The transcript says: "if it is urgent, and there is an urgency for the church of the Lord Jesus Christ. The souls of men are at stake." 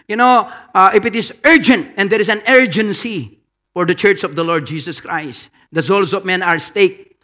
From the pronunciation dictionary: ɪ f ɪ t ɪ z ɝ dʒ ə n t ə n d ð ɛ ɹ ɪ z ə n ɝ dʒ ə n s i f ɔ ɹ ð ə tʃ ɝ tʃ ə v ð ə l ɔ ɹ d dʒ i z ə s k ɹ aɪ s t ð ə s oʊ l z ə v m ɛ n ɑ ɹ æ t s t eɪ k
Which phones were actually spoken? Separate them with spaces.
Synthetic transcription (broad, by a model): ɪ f ɪ t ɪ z ɝ dʒ ə n t ə n d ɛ ɹ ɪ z ə n ɝ dʒ ə n s i f ɔ ɹ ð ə tʃ ɝ tʃ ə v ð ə l ɔ ɹ d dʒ i s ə s k ɹ aɪ s t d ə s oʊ l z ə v m ɛ n ɑ ɹ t s t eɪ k